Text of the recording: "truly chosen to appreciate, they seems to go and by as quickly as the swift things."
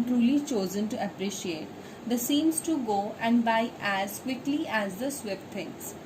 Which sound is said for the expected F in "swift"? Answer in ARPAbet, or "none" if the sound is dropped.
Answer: P